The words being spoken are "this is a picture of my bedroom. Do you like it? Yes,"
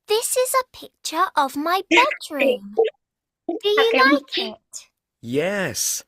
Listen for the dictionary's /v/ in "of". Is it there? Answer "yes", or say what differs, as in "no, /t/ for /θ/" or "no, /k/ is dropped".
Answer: yes